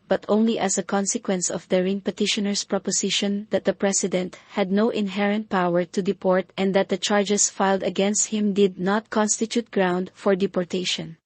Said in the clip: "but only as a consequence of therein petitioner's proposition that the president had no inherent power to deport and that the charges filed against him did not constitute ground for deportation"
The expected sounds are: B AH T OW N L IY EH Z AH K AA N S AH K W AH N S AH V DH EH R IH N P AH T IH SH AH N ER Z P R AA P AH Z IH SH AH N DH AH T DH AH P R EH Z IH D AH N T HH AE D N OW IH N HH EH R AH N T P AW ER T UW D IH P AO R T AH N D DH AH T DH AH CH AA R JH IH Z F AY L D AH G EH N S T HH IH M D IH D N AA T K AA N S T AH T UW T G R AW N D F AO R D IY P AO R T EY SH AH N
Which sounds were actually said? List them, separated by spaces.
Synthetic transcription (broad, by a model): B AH T OW N L IY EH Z AH K AA N S AH K W AH N S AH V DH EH R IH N P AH T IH SH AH N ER S P R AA P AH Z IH SH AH N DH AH T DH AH P R EH S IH D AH N T HH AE D N OW IH N HH EH R AH N T P AW ER T UW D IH P AO R T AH N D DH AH T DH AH CH AA R JH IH S F AY L D AH G EH N S T HH IH M D IH D N AA T K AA N S T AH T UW T G R AW N D F AO R D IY P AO R T EY SH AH N